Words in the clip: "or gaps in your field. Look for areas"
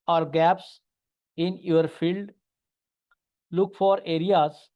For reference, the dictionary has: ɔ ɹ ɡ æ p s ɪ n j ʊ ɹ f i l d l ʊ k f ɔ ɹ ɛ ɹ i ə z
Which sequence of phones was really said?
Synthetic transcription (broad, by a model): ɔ ɹ ɡ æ p s ɪ n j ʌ ɹ f i l d l ʊ k f ɔ ɹ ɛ ɹ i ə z